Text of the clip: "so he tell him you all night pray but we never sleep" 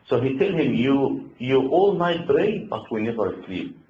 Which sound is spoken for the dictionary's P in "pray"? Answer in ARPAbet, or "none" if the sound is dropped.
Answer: B